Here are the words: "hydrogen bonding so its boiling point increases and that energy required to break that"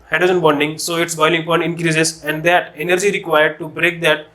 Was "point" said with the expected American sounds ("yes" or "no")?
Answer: no